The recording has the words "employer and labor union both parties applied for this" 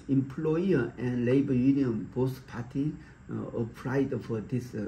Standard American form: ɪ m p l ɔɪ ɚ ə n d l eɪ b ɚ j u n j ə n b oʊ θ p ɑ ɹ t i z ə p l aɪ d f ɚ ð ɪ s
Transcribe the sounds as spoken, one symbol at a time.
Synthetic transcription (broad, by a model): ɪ m p l ɔɪ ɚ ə n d l eɪ b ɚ j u n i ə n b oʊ s p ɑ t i ə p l aɪ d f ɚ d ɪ s